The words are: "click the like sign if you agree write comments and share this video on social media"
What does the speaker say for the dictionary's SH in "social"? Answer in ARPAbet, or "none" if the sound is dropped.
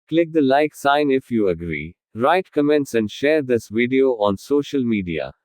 SH